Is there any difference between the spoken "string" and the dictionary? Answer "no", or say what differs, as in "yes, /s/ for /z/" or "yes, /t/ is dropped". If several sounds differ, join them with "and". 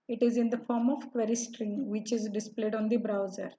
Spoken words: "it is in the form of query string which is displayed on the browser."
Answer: no